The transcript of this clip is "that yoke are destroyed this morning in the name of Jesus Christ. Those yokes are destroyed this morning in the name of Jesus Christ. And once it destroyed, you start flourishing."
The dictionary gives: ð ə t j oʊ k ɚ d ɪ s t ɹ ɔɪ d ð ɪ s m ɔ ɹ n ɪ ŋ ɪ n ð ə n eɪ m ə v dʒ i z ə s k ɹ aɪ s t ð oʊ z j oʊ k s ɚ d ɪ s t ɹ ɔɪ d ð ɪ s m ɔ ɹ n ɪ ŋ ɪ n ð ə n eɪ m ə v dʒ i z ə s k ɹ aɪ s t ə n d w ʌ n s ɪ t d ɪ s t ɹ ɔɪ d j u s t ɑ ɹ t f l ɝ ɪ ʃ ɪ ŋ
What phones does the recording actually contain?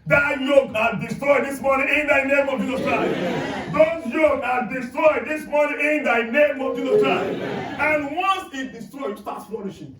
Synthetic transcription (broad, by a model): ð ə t j oʊ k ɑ d ɪ s t ɹ ɔɪ d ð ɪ s m ɔ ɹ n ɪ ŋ ɪ n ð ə n eɪ m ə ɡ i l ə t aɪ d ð oʊ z j oʊ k ɑ d ɪ s t ɹ ɔɪ d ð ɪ s m ɔ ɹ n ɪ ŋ ɪ n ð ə n eɪ m ə v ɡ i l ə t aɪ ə n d w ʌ n s ɪ t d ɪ s t ɹ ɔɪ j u s t ɑ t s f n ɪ ʃ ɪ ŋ